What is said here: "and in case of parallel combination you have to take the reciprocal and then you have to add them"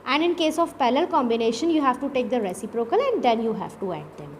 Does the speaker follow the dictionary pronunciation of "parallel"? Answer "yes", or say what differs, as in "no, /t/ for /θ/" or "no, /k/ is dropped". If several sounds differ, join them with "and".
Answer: no, /l/ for /ɹ/